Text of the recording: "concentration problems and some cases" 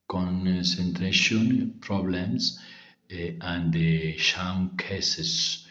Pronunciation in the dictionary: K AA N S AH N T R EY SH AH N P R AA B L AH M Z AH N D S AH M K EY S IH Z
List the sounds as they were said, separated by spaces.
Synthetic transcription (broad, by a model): K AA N S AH N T R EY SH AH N P R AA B L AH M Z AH N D SH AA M K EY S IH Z